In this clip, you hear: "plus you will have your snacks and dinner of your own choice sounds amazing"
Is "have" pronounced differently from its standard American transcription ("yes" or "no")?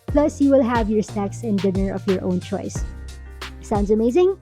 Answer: no